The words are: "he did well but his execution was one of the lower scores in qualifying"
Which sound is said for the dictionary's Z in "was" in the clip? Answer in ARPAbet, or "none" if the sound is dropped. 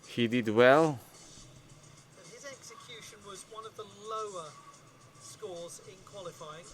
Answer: Z